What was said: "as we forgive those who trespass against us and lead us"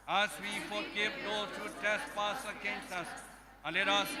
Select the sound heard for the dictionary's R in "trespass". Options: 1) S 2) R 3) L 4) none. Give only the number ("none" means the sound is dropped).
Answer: 4